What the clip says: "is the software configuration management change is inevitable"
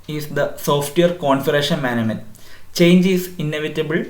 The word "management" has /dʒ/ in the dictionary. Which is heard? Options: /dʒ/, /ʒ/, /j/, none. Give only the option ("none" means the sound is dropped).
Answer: none